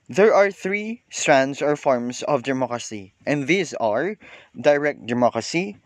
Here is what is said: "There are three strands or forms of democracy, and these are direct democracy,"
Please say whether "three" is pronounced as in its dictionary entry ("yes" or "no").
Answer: yes